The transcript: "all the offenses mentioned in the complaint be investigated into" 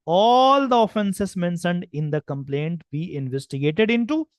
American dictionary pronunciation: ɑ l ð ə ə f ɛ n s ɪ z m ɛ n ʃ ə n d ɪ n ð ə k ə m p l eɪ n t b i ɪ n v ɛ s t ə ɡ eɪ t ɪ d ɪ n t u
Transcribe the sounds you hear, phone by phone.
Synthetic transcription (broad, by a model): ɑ l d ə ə f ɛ n s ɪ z m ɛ n s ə n d ɪ n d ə k ə m p l eɪ n t b i ɪ n v ɛ s t ə ɡ eɪ t ɪ d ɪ n t u